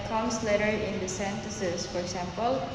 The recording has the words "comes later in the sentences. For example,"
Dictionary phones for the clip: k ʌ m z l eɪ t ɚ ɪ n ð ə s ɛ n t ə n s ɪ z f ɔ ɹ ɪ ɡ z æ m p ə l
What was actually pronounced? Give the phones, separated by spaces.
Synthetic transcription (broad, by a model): k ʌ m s l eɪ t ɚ ɪ n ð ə s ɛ n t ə s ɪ s f ɔ ɹ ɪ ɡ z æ m p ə l